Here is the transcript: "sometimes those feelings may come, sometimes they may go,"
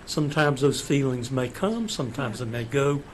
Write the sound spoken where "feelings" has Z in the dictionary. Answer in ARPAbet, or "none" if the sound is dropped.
Z